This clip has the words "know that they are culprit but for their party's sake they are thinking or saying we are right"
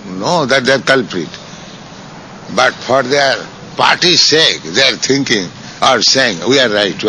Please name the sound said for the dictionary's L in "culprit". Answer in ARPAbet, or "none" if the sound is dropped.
L